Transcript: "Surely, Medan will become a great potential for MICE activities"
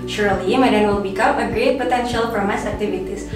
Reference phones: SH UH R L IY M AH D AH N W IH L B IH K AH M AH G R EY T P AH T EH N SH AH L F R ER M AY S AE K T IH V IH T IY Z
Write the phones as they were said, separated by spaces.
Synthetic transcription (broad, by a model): SH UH R L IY M AH D AH N W IH L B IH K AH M AH G R EY T P AH T EH N SH AH L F R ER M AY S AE K T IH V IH T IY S